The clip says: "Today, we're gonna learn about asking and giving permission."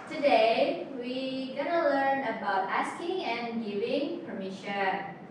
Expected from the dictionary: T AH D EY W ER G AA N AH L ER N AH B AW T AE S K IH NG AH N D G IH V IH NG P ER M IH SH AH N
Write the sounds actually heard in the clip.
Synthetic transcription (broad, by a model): T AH D EY W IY G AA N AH L ER N AH B AW T AE S K IH NG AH N G IH V IH NG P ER M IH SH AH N